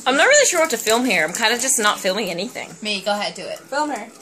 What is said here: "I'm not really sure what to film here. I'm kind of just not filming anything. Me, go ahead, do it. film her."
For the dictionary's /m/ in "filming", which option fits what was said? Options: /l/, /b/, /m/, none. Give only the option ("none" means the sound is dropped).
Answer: /m/